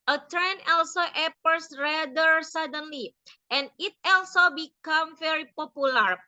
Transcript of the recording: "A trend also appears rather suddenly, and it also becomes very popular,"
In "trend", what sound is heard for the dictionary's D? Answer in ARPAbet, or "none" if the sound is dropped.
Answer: none